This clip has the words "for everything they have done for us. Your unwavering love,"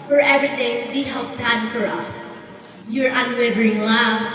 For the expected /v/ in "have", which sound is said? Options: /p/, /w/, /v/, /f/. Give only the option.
/p/